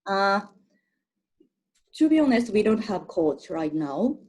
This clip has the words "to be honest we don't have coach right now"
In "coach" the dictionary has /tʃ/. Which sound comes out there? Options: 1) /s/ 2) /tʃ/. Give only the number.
1